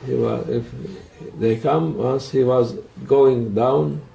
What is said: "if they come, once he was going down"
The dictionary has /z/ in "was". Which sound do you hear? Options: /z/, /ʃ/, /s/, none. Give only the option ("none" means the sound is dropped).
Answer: /z/